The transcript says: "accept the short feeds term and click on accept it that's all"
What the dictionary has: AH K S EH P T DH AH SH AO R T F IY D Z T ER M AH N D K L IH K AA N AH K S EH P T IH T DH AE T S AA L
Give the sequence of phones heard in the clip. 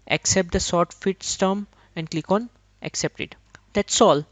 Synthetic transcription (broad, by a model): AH K S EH P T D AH S AO R T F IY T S T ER M AH N D K L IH K AA N AH K S EH P T IH T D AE T S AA L